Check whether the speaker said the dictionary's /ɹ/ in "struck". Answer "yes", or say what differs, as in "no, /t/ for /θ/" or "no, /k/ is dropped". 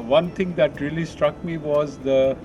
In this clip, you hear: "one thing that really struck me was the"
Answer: yes